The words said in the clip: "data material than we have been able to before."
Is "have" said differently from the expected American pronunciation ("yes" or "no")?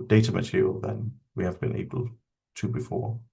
no